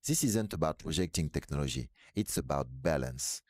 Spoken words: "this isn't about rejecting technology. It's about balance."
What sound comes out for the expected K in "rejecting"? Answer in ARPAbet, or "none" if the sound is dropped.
K